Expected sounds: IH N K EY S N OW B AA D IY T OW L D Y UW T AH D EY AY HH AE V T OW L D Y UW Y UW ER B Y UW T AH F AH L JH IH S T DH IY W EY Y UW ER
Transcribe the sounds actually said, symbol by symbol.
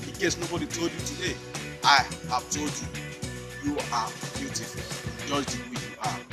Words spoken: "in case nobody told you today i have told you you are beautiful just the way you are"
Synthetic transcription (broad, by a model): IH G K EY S N OW B AA D IY T OW L D Y UW T AH D EY AY HH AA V T OW L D Y UW Y UW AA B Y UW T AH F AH N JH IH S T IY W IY Y UW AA